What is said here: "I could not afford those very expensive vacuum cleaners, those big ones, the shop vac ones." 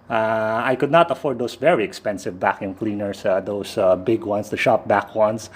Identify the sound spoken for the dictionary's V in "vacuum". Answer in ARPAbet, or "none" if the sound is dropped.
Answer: V